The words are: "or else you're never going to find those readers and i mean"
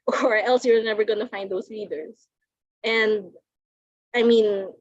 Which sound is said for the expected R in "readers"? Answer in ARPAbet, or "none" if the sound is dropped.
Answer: L